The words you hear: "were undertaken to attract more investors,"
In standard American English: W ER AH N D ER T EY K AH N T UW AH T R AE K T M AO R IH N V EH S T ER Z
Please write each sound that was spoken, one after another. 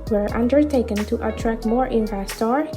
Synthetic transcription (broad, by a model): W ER AH N D ER T EY K AH N T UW AH T R AE K T M AO R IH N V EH S T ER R